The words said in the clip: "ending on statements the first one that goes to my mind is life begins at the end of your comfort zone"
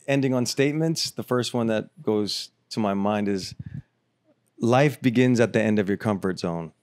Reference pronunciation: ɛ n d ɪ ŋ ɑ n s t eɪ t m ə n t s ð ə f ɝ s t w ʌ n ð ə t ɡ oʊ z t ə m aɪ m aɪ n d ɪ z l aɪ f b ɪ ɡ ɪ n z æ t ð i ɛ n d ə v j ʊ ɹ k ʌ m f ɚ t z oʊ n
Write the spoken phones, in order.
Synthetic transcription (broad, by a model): ɛ n d ɪ ŋ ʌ n s t eɪ t m ə n t s ð ə f ɝ s t w ʌ n ð ə t ɡ oʊ z t ə m aɪ m aɪ n d ɪ z l aɪ f b ɪ ɡ ɪ n z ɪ t ð i ɛ n d ə v j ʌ ɹ k ʌ m f ɚ t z oʊ n